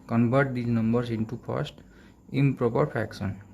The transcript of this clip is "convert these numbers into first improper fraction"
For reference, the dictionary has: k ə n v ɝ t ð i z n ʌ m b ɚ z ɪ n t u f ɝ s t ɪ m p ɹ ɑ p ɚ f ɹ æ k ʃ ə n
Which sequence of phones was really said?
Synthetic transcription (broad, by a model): k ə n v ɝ t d i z n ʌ m b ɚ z ɪ n t u p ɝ s t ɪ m p ɹ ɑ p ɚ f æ k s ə n